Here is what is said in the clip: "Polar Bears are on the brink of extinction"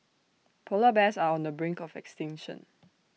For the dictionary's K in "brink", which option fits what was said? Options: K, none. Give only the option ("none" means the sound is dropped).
K